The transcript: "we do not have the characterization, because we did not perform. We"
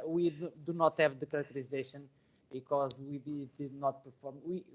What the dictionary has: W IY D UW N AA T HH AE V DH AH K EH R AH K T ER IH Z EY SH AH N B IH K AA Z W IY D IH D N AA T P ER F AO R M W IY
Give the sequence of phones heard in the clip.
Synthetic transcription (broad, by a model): W IY D UW N AA T HH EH V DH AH K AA R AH K T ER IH Z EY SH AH N B IH K AA Z W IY D IH D N AA T P ER F AO R M W IY